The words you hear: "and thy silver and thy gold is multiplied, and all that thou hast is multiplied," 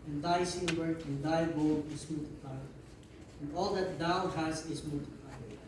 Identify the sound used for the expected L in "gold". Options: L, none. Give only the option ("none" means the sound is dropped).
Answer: none